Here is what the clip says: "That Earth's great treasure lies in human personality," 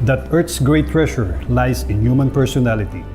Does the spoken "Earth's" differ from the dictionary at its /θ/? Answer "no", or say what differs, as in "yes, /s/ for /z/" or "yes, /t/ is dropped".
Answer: yes, /t/ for /θ/